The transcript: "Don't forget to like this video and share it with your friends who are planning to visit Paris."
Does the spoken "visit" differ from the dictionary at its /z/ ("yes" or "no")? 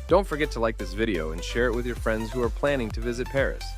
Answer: no